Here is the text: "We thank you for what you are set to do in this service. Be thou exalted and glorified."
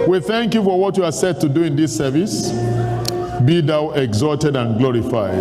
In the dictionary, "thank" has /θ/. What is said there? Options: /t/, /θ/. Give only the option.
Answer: /θ/